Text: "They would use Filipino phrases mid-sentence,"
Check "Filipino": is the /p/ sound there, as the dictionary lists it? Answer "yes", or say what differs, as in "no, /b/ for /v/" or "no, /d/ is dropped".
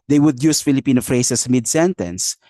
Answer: yes